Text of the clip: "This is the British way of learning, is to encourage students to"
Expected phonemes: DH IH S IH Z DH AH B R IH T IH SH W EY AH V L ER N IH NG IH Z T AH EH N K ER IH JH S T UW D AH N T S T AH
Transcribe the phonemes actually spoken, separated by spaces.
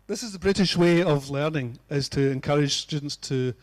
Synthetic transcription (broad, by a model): DH IH S IH Z DH AH B R IH T IH SH W EY AH V L ER N IH NG IH Z T AH EH N K ER IH JH S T UW D N T S T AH